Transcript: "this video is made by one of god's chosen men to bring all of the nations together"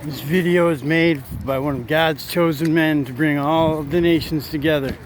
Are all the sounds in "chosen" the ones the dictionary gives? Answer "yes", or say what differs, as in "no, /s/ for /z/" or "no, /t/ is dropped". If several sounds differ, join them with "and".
yes